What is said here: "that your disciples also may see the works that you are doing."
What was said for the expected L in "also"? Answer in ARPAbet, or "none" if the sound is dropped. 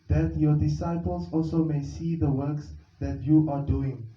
L